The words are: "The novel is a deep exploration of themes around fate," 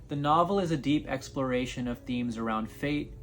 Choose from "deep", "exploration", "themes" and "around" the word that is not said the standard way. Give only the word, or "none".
none